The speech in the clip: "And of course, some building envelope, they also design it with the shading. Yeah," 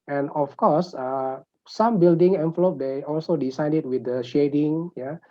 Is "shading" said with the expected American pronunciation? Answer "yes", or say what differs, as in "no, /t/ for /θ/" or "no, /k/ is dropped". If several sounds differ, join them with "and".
yes